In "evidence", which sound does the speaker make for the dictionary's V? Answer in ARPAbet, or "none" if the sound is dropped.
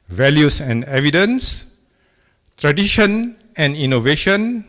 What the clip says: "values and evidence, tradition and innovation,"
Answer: V